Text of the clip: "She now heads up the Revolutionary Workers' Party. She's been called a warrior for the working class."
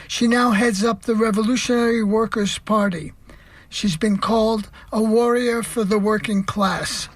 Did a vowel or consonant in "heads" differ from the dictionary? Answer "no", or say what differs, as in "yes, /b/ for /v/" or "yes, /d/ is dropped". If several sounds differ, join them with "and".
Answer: no